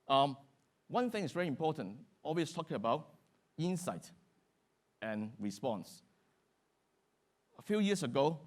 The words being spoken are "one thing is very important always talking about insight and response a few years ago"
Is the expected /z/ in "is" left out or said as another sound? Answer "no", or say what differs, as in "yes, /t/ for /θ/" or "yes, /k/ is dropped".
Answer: yes, /s/ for /z/